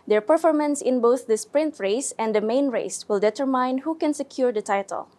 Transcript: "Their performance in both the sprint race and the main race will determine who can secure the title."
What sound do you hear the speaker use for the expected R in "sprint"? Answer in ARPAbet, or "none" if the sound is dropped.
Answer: R